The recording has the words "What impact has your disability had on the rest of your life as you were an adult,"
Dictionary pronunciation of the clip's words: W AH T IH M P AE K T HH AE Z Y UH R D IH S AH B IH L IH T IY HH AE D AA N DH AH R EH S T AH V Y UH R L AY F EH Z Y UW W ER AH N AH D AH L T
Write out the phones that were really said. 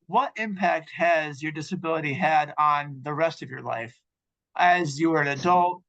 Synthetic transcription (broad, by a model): W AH T IH M P AE K T HH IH Z Y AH R D IH S AH B IH L IH T IY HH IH D N DH AH R EH S T AH V Y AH R L AY F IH Z Y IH W ER AH N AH D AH L T